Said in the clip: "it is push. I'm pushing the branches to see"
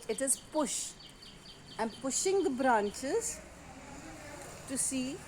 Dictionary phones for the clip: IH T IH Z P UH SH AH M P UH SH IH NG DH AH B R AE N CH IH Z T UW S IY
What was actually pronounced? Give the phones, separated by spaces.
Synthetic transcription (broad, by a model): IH T IH Z P UH SH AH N P UH SH IH NG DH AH B R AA N CH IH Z T UW S IY